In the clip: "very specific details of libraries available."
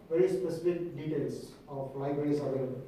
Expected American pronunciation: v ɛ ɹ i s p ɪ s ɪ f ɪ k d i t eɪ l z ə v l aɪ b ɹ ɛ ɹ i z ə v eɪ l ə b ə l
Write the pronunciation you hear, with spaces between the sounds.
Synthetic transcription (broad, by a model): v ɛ ɹ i s p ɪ s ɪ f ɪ k d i t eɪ l s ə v l aɪ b ɹ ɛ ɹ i s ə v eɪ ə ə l